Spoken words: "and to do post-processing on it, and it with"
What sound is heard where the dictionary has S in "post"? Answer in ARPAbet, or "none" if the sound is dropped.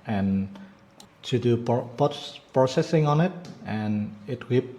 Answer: none